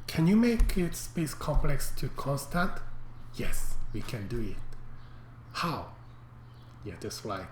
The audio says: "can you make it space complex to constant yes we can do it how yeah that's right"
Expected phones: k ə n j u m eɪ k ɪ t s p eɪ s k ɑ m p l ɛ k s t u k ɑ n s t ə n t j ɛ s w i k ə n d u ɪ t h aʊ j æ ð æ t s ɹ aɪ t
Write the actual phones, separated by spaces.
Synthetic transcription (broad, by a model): k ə n j u m eɪ k ɪ t s p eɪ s k ɑ m p l ɛ k s t u k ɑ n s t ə t j ɛ s w i k ə n d u ɪ t h aʊ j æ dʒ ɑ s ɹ aɪ